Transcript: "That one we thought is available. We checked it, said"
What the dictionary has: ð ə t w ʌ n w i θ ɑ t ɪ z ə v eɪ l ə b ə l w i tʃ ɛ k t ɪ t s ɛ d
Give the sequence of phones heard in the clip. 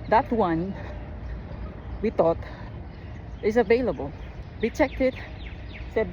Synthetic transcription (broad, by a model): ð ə t w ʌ n w i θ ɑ t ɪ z ə v eɪ l ə b ə l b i tʃ ɛ k t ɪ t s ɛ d